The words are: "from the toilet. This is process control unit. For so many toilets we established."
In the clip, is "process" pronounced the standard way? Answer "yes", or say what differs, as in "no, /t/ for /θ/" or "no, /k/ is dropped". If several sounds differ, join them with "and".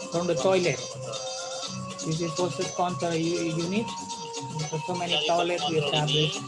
no, /ɹ/ is dropped